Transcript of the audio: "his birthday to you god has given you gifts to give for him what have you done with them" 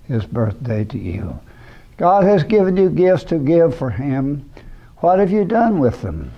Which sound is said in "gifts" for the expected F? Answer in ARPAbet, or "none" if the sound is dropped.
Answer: F